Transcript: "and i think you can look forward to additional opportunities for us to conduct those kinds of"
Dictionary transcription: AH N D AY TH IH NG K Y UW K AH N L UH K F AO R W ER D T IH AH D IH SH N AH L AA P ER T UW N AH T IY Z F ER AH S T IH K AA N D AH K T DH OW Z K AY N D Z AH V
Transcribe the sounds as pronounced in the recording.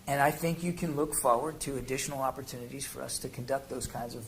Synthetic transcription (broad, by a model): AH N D AY TH IH NG K Y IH K AH N L UH K F AO R W ER D T IH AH D IH SH N L AA P ER T UW N AH T IY Z F ER AH S T IH K N D AH K T DH OW Z K AY N D Z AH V